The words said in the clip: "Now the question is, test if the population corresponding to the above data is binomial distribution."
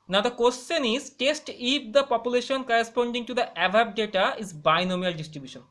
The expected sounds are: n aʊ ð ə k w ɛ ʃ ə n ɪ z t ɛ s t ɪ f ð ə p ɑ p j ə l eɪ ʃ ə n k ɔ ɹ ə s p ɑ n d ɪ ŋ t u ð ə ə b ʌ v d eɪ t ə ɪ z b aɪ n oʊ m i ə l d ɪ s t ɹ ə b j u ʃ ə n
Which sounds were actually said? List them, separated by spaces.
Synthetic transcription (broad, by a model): n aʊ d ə k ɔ s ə n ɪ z t ɛ s t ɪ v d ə p ɑ p j ə l eɪ ʃ ə n k ɔ ɹ ə s p ɑ n d ɪ ŋ t u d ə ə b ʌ b d eɪ t ə ɪ z b aɪ n oʊ m i ə l d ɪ s t ɹ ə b j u ʃ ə n